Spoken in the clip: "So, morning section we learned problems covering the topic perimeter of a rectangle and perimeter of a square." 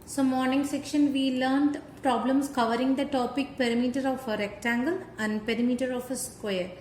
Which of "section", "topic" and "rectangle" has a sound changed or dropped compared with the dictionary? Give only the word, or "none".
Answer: none